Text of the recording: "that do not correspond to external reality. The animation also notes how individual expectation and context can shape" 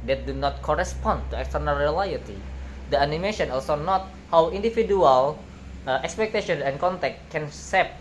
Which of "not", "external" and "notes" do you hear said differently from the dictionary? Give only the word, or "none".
notes